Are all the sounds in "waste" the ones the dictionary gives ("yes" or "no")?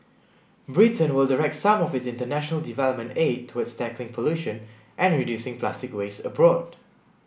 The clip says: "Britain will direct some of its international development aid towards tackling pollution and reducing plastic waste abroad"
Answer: no